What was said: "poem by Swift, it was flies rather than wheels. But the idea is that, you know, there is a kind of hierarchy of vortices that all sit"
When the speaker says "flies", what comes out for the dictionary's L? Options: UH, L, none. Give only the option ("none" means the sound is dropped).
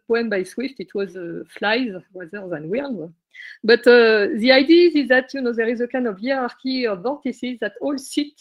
L